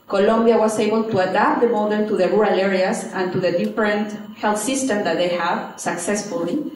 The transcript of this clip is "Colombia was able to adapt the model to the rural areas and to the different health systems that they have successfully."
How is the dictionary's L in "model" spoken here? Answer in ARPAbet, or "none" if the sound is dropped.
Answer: N